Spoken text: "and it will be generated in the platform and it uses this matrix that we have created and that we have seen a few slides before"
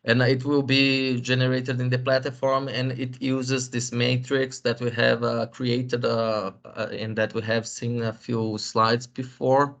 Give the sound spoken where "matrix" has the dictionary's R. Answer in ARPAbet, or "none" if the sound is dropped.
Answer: R